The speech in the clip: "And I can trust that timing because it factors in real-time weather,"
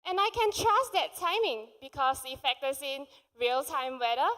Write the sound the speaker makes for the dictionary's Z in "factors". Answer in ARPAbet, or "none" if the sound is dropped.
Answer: S